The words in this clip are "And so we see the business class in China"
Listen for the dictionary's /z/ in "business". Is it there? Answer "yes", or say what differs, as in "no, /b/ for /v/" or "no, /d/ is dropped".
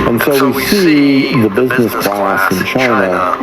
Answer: yes